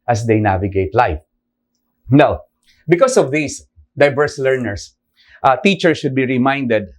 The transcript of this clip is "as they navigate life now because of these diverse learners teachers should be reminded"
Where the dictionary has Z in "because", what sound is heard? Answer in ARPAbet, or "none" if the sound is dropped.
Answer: S